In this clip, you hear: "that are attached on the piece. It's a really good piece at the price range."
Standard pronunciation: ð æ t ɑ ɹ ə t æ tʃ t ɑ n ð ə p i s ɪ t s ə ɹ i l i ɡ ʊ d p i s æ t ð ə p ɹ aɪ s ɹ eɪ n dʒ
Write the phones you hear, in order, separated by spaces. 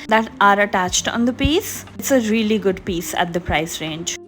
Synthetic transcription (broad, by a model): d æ t ɑ ɹ ə t æ tʃ t ɑ n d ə p i s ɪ t s ə ɹ i l i ɡ ʊ d p i s æ t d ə p ɹ aɪ s ɹ eɪ n dʒ